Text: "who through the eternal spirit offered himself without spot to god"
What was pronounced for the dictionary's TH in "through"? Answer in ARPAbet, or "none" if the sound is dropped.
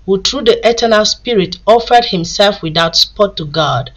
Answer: T